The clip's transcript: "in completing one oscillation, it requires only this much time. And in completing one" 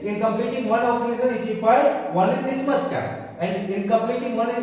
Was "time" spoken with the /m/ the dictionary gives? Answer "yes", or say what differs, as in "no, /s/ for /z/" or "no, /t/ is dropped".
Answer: no, /m/ is dropped